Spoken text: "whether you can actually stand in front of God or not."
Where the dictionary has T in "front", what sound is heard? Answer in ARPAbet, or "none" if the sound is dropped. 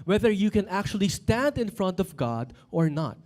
T